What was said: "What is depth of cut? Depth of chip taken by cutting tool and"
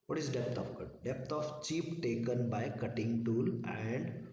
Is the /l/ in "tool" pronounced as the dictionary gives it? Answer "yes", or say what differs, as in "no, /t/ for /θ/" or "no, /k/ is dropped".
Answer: yes